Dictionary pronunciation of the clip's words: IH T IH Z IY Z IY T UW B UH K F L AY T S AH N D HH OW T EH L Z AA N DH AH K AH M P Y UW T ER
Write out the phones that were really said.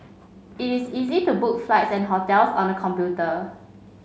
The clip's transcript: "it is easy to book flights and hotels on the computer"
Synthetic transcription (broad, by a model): IH T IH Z IY Z IY T UW B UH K F L AY T S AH N HH OW T EH L S AA N AH K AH M P Y UW T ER